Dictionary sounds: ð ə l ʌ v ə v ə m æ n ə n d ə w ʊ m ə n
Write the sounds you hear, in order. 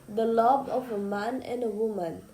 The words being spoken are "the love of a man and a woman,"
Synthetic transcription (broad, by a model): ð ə l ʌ b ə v ə m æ n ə n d ə w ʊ m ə n